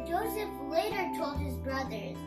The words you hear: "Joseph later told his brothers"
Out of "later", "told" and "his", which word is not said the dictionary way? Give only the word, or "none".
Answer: none